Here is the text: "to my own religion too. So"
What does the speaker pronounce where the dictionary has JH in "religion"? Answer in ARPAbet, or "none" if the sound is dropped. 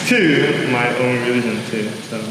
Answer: SH